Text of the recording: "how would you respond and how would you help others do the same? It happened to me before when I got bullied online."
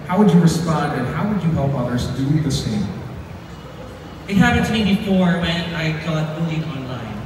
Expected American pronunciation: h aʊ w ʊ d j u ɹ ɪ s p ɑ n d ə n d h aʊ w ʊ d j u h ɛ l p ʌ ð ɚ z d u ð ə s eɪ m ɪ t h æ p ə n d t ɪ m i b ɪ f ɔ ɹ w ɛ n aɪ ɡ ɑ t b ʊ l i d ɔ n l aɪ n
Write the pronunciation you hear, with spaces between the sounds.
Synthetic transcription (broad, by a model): h aʊ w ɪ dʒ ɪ ɹ ɪ s p ɑ n d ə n h aʊ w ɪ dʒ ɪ h ɛ l p ʌ ð ɚ z d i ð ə s eɪ m ɪ t h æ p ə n t ɪ m i b ɪ f ɔ ɹ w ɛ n aɪ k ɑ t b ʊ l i ɔ n l aɪ n